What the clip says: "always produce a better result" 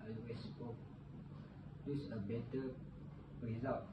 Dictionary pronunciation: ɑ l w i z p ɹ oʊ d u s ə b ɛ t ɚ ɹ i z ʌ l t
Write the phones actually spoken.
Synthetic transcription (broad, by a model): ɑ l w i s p oʊ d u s ə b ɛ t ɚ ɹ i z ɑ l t